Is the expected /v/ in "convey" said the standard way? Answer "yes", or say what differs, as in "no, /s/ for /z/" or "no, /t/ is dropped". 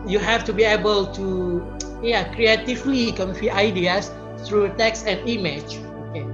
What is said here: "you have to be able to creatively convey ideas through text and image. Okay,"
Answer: no, /f/ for /v/